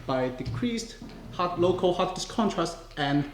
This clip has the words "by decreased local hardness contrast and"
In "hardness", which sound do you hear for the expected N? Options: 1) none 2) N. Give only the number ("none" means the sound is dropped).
1